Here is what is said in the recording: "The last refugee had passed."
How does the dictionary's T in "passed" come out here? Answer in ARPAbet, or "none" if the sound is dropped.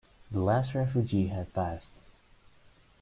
T